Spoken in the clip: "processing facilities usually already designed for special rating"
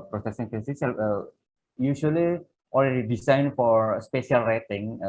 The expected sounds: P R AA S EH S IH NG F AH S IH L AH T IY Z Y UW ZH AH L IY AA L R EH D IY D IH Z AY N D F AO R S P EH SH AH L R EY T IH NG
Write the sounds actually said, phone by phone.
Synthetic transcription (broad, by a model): P R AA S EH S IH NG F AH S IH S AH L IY Y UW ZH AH L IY AA L R EH D IY D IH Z AY N F AO R S P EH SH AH L R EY T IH NG